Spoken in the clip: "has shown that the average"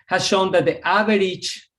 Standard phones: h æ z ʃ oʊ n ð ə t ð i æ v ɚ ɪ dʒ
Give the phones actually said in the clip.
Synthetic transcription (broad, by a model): h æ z ʃ oʊ n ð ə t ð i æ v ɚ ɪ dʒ